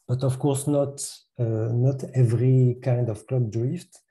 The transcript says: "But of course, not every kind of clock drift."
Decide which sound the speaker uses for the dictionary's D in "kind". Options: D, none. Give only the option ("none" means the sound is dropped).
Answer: D